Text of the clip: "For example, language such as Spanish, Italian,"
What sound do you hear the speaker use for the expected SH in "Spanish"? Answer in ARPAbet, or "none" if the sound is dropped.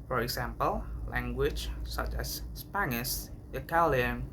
S